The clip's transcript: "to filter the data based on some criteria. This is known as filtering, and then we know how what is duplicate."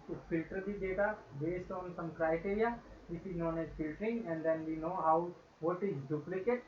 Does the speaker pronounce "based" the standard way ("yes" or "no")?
yes